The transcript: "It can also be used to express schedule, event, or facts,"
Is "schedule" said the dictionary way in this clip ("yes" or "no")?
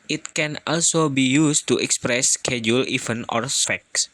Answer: yes